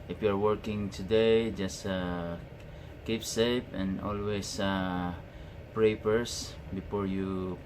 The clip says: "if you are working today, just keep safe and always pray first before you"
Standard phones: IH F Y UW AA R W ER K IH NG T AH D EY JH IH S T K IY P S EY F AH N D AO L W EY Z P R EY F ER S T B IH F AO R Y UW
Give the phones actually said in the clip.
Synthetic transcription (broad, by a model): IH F Y UW AA R W ER K IH NG T AH D EY JH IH S T K IY P S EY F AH N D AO L W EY S P R EY P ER S B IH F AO R Y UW